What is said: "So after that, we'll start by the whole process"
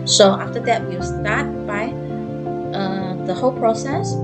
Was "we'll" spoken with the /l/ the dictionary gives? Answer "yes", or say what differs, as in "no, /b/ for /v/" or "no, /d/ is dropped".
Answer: no, /w/ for /l/